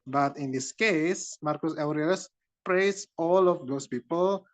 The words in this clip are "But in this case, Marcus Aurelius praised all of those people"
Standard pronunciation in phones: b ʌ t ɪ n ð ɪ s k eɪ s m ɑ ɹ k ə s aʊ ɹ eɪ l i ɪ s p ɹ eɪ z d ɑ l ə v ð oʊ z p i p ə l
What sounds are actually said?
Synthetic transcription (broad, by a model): b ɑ t ɪ n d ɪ s k eɪ s m ɑ ɹ k ə s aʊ ɹ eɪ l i s p ɹ eɪ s ɑ l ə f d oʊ s p i p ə l